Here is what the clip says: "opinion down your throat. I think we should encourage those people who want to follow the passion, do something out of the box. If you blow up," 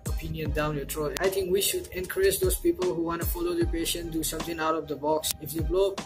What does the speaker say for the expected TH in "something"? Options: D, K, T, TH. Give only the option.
T